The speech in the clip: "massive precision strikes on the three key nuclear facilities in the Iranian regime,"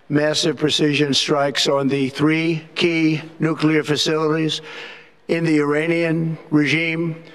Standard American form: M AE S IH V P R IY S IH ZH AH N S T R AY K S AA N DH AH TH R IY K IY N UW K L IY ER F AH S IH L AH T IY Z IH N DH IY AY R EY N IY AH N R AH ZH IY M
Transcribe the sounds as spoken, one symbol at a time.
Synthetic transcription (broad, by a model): M AE S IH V P R IY S IH ZH AH N S T R AY K S N DH AH TH R IY K IY N UW K L IY ER F AH S IH L AH T IY Z IH N DH IY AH R EY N IY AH N R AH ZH IY M